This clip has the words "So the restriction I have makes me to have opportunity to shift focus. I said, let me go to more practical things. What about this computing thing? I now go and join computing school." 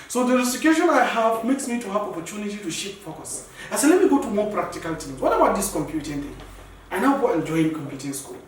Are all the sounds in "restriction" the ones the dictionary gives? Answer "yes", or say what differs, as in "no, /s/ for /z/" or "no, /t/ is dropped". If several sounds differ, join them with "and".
no, /k/ is dropped